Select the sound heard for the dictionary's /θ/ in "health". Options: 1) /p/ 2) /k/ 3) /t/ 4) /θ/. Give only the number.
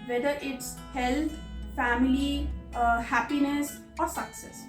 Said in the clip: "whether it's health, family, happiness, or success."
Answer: 3